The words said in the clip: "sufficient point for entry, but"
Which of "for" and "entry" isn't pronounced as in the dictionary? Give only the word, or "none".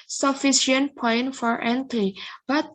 entry